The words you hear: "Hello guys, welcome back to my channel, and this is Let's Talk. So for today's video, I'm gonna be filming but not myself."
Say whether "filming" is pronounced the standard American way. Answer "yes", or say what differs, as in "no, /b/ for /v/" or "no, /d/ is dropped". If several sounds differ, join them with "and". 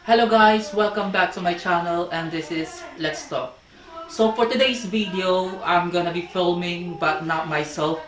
yes